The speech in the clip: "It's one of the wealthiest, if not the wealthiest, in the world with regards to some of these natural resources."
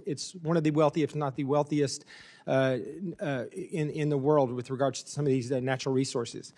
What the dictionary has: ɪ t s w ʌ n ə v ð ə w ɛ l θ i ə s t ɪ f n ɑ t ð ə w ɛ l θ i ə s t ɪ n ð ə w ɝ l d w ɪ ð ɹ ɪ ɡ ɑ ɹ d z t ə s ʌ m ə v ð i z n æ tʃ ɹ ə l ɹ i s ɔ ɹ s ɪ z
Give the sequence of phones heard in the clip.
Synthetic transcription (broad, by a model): ɪ t s w ʌ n ə v ð ə w ɛ l θ i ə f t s n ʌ t ð ə w ɛ l θ i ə s t ɪ n ð ə w ɝ l d w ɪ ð ɹ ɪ ɡ ɑ ɹ d t ə s ʌ m ə v ð i z n æ tʃ ɹ l ɹ i s ɔ ɹ s ɪ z